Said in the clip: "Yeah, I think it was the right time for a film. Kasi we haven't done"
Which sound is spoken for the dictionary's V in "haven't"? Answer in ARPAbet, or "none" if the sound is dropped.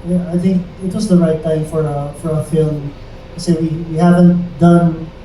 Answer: V